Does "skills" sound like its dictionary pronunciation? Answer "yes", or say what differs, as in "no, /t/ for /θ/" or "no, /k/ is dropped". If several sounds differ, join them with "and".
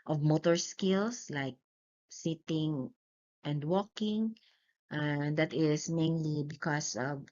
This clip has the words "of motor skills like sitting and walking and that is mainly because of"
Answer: no, /s/ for /z/